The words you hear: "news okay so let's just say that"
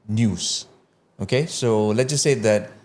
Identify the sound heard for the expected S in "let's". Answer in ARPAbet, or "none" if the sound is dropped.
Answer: none